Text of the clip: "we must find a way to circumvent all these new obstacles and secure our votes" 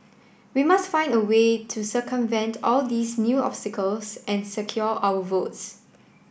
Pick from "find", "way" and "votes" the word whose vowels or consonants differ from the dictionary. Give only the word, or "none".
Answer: none